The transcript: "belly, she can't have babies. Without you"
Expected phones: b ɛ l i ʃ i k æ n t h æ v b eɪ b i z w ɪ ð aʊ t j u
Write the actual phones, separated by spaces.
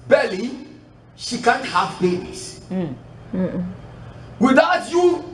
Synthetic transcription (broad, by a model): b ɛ l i ʃ i k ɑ n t h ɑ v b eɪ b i s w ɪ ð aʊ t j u